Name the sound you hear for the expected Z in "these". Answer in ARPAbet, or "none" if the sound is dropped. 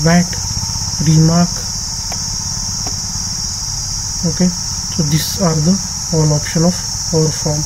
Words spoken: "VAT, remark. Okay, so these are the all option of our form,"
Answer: S